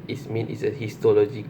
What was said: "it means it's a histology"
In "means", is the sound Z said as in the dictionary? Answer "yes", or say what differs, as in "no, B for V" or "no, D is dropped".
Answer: no, Z is dropped